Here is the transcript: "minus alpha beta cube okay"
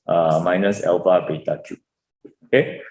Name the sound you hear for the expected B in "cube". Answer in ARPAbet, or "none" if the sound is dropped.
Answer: none